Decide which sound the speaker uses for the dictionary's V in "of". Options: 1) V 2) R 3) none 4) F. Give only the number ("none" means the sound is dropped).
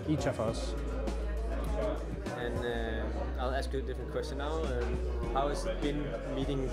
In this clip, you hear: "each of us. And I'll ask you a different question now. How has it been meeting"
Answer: 4